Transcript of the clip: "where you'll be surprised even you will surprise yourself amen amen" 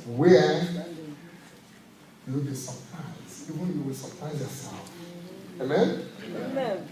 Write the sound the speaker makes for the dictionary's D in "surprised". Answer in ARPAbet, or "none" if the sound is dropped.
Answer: none